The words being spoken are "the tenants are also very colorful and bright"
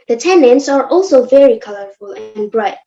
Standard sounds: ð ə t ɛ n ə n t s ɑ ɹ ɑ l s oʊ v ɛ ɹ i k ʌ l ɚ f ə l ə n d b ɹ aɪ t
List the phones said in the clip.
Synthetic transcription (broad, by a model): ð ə t ɛ n ə n t s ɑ ɹ ɑ l s oʊ v ɛ ɹ i k ʌ l ɚ f ə l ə n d b ɹ aɪ t